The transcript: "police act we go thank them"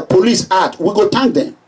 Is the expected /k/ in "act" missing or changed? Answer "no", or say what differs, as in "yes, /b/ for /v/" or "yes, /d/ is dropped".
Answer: yes, /k/ is dropped